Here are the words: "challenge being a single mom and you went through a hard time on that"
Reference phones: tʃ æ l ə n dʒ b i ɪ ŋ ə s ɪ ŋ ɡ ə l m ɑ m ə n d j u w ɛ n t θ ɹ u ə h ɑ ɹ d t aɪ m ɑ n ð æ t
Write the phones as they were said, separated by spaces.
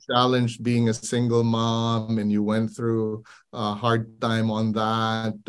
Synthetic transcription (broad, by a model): tʃ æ l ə n dʒ b i ɪ ŋ ə s ɪ ŋ ɡ l m ɑ m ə n j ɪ w ɛ n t θ ɹ u ə h ɑ ɹ d t aɪ m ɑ n ð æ t